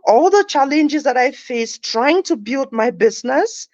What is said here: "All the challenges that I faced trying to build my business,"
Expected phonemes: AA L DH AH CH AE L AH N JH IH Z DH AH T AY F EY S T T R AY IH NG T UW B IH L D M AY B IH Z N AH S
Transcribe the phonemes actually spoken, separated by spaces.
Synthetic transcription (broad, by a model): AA L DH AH CH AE L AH N JH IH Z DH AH T AY F EY S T T R AY IH NG T UW B IH L D M AY B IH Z N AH S